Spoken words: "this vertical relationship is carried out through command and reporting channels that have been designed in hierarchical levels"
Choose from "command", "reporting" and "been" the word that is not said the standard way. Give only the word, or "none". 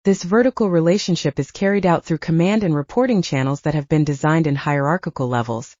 none